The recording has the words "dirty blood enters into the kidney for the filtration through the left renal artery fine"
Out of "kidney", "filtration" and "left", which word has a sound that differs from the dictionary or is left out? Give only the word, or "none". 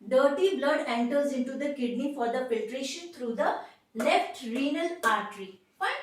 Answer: filtration